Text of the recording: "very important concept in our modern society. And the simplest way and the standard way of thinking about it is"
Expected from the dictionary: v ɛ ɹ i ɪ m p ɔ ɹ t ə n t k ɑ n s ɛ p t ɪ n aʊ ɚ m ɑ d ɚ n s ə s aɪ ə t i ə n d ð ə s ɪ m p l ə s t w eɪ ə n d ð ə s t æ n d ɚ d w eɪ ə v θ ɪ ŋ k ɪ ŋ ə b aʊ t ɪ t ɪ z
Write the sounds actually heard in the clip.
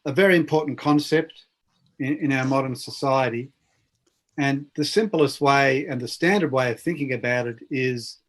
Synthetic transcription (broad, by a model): v ɛ ɹ i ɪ m p ɔ ɹ t n k ɑ n s ɛ p t ɪ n aʊ ɚ m ɑ d ɚ n s ə s aɪ ə t i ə n ð ə s ɪ m p l ə s t w eɪ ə n ð ə s t æ n d ɚ d w eɪ ə v θ ɪ ŋ k ɪ ŋ ə b aʊ t ɪ t ɪ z